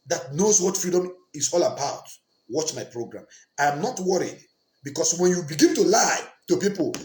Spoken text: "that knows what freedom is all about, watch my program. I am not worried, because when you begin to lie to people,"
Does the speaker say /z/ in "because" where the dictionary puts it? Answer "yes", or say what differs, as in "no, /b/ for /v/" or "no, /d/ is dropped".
no, /s/ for /z/